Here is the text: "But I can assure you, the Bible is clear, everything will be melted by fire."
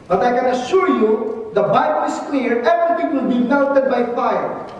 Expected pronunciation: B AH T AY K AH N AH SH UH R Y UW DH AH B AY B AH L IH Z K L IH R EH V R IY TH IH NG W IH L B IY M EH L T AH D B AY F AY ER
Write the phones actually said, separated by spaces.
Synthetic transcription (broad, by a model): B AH T AY K AH N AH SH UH R Y UW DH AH B AY B AH L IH S K L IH R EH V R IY T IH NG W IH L B IY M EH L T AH D B AY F AY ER